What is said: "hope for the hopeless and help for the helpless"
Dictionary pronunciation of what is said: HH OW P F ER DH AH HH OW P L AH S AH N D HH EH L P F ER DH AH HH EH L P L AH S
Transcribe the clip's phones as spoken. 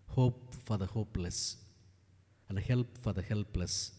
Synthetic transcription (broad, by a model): HH OW P F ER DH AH HH OW P L AH S AH N D HH EH L P F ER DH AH HH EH L P L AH S